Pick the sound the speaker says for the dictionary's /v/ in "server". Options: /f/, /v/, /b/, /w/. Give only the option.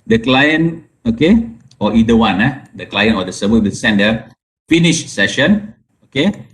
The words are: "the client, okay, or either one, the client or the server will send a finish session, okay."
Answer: /b/